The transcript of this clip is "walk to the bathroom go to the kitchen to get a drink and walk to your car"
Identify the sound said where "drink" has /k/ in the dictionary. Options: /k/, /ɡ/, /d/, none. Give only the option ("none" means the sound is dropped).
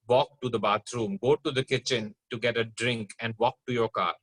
/k/